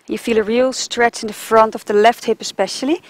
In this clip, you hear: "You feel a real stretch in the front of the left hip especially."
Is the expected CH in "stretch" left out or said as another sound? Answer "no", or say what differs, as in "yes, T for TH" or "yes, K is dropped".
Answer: no